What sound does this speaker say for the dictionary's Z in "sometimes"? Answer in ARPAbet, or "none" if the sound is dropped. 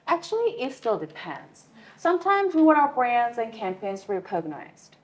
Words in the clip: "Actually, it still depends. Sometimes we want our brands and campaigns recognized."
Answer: Z